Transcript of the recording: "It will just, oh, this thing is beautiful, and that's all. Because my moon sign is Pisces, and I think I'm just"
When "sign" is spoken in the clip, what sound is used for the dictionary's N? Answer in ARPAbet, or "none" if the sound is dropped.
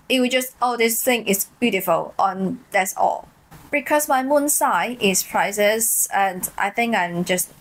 none